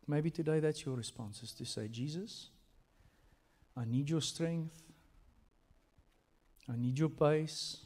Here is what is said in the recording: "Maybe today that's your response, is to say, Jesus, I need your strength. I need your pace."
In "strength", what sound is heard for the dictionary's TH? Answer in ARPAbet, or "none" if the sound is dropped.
TH